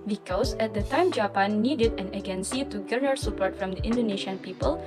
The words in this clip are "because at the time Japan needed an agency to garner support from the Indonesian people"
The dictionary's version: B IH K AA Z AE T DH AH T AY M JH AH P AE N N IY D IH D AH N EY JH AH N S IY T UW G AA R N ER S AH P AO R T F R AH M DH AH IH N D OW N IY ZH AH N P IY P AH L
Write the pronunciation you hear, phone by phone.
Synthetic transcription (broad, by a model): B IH K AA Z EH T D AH T AY M JH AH P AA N N IY D IH D AH N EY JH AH N S IY T UW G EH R ER S AH P AO R T F R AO M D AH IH N D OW N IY SH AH N P IY P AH L